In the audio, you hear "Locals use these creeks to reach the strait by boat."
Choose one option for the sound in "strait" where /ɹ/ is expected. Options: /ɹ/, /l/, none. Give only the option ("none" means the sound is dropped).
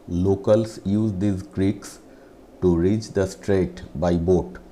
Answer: /ɹ/